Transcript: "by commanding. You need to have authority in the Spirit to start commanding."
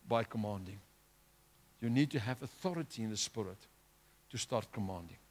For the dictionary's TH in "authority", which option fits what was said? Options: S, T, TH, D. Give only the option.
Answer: TH